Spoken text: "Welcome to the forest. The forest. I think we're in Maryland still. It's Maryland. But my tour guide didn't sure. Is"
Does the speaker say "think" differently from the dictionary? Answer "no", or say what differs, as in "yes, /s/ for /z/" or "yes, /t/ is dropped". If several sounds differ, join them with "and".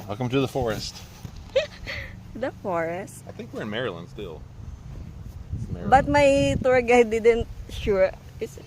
no